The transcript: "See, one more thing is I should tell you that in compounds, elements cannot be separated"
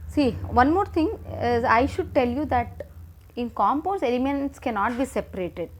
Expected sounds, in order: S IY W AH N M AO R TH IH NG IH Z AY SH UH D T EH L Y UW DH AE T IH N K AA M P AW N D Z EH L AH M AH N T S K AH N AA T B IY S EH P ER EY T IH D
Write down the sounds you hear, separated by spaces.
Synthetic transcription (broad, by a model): S IY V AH N M AO R T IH NG IH Z AY SH UH D T EH L Y UW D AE T IH N K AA M P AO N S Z EH L AH M AH N T S K AH N AA T B IY S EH P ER EY T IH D